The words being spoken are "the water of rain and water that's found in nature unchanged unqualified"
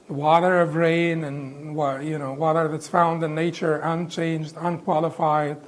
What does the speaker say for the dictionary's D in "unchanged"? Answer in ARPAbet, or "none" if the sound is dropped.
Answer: D